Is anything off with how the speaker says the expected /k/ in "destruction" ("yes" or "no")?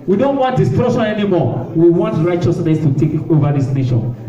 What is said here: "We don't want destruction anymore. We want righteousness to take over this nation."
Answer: yes